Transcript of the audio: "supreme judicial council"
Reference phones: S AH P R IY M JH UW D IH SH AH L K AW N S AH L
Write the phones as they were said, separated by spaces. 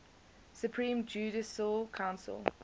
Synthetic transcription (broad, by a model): S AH P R IY M JH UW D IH S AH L K AW N S AH L